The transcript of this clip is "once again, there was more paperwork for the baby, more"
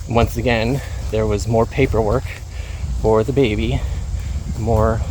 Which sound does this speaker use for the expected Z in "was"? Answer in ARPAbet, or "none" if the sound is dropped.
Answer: Z